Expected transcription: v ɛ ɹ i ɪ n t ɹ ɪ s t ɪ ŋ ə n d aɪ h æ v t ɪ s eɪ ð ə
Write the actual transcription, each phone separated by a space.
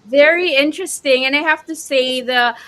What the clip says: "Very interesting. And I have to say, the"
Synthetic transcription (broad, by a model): v ɛ ɹ i ɪ n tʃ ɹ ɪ s t ɪ ŋ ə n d aɪ h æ f t ɪ s eɪ ð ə